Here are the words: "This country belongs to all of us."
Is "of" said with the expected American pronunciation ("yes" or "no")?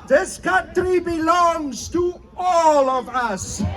yes